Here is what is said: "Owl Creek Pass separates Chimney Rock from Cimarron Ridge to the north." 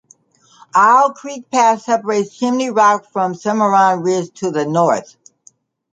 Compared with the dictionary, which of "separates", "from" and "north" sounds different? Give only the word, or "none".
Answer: none